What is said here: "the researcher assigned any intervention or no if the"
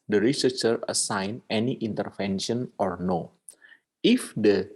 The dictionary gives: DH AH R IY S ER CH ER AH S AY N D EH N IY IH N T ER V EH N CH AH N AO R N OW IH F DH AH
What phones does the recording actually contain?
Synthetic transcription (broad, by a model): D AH R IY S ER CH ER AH S AY N EH N IY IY N T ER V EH N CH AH N AO R N OW IH F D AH